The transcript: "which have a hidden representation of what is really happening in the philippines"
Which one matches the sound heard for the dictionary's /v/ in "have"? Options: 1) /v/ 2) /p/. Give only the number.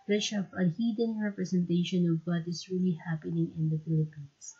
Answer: 2